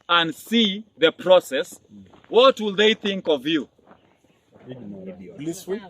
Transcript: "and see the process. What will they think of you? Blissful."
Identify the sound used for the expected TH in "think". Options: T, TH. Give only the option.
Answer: TH